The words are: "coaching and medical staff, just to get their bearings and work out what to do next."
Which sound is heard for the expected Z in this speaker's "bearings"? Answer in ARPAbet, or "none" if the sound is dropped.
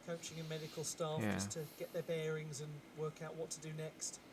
Z